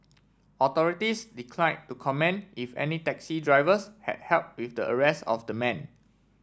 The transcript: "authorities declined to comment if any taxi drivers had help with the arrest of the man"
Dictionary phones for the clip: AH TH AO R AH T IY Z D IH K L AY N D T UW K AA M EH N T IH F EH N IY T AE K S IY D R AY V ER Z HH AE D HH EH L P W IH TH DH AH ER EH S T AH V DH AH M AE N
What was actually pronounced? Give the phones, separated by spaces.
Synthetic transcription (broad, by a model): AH T AO R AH T IY S D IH K L AY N T UW K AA M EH N IH F EH N IY T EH K S IY D R AY V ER S HH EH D HH EH L P W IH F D AH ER EH S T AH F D AH M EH N